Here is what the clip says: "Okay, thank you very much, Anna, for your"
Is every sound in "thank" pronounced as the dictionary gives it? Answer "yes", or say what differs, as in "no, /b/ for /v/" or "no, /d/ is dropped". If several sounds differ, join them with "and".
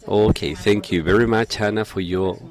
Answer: yes